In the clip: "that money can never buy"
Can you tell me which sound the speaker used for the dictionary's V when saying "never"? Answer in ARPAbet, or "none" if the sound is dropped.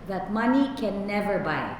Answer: V